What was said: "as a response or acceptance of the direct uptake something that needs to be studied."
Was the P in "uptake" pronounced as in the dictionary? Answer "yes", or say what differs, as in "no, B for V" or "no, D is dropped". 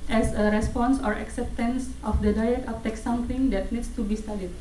no, F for P